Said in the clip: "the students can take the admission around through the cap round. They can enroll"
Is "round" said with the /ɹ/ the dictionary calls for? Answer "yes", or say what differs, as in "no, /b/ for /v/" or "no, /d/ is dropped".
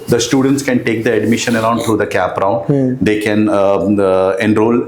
yes